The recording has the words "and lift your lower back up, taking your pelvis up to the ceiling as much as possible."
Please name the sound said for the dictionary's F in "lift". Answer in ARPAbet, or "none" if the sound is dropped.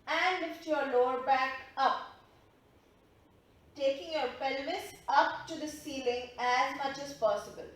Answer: F